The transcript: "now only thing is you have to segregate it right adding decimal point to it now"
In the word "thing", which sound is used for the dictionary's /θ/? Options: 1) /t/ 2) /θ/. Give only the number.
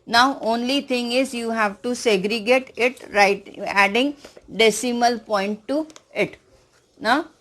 1